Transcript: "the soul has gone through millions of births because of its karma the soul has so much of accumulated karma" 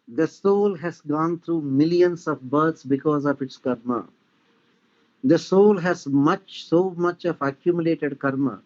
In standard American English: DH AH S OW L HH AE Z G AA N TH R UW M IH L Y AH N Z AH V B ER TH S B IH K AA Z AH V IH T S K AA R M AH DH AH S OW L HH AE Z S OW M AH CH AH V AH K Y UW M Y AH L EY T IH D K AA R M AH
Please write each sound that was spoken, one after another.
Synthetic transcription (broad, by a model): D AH S OW L HH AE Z G AA N T R UW M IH L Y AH N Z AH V B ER T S B IH K AA Z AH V IH T S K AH R M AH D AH S OW L HH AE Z S OW M AH CH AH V AH K Y UW M Y AH L EY T IH D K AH R M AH